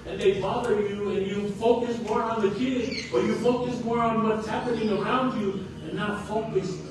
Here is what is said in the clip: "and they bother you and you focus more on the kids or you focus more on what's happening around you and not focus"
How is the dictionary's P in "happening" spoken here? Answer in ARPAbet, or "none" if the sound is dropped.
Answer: P